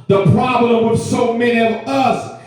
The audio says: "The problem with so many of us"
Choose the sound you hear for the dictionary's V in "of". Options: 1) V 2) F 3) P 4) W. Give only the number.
1